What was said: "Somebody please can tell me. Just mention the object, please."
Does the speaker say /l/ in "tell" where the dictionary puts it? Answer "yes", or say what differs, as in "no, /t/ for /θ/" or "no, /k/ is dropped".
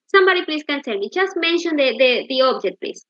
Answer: no, /n/ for /l/